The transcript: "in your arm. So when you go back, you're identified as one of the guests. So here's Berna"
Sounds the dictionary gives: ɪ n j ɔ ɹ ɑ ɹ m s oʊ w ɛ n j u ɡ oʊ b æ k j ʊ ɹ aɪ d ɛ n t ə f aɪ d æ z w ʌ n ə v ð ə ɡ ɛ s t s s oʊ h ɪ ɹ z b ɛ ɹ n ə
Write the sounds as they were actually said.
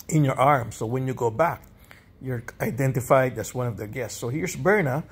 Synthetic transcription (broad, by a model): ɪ n j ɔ ɹ ɑ ɹ m s oʊ w ɛ n j u ɡ oʊ b æ k j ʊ ɹ aɪ d ɛ n t ə f aɪ d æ s w ʌ n ə v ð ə ɡ ɛ s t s s oʊ h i ɹ s b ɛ ɹ n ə